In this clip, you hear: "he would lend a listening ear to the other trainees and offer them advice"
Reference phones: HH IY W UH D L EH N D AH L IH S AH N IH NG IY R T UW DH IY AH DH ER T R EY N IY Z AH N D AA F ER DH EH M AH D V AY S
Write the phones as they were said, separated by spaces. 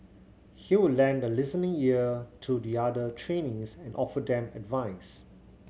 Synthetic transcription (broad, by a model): HH IY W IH L EH N D AH L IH S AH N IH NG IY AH T UW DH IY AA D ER T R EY N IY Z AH N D AA F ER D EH M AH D V AY S